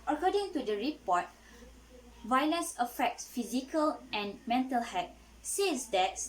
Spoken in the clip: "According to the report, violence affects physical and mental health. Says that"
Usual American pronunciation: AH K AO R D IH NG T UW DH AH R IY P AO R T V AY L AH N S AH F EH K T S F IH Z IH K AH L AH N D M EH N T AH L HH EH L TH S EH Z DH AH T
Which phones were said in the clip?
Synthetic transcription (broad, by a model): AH K AO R D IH NG T UW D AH R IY P AO T V AY L AH N S AH F EH K T S F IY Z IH K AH L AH N M EH N T AH L HH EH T S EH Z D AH T